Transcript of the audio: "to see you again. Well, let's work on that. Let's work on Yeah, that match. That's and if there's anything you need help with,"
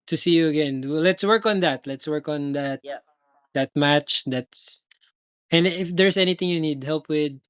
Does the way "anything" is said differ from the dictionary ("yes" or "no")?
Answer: yes